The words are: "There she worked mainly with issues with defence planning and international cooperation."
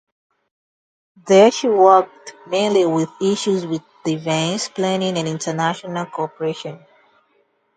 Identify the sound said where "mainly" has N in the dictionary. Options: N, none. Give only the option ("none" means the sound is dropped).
N